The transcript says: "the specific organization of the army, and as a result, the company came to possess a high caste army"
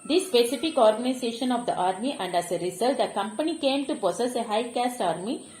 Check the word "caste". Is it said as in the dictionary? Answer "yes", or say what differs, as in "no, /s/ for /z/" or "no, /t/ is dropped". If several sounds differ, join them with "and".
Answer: yes